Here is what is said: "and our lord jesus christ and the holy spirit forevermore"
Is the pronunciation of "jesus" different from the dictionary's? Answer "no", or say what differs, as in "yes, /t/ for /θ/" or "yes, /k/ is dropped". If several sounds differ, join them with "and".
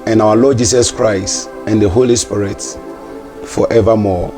yes, /s/ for /z/